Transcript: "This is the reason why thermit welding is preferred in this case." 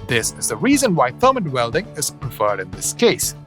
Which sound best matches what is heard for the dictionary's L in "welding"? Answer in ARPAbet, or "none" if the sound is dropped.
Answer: L